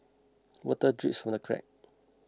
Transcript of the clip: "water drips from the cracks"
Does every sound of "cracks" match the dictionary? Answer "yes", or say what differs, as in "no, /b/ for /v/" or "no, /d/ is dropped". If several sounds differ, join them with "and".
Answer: no, /s/ is dropped